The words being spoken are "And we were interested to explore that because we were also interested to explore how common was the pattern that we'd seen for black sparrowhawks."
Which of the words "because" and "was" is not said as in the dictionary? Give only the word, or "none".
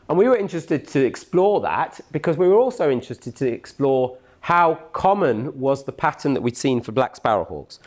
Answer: none